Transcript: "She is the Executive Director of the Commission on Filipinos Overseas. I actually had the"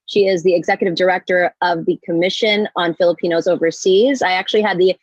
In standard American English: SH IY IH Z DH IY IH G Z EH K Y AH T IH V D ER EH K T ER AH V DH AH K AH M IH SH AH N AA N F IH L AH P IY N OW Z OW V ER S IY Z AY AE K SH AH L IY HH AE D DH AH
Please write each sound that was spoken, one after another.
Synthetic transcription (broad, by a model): SH IY IH Z DH IY IH G Z EH K Y AH T IH V D ER EH K T ER AH V DH AH K AH M IH SH AH N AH N F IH L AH P IY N OW Z OW V ER S IY Z AY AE K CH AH L IY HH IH D DH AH